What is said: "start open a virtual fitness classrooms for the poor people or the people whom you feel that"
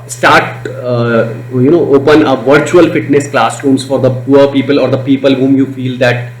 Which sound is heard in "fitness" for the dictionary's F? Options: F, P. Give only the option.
F